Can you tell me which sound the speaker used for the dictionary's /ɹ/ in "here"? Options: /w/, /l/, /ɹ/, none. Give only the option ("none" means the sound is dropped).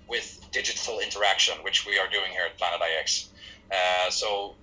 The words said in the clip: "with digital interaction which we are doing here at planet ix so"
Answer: /ɹ/